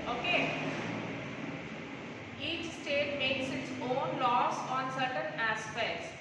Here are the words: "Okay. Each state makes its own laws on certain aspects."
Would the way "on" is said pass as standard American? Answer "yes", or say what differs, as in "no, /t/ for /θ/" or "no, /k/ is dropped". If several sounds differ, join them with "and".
yes